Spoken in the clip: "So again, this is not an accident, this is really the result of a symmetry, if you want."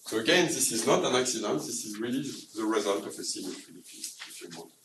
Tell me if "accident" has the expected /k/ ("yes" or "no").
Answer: yes